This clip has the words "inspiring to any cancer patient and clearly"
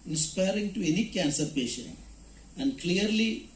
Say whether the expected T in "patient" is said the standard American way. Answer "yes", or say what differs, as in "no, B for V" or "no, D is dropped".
no, T is dropped